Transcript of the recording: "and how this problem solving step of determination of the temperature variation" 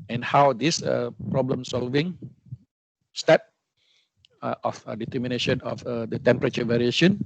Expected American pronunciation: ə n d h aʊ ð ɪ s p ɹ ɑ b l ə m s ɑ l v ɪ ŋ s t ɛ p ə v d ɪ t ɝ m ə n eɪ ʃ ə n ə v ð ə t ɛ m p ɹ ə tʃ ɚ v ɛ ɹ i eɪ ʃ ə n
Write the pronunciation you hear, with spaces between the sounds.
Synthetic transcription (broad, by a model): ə n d h aʊ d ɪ s p ɹ ɑ b l ə m s ɑ l v ɪ ŋ s t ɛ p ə f d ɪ t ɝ m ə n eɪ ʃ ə n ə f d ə t ɛ m p ɹ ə tʃ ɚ v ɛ ɹ i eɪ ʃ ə n